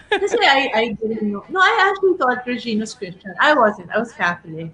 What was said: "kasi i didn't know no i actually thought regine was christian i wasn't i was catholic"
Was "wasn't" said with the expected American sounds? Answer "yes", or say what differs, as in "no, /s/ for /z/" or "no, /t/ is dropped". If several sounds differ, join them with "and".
yes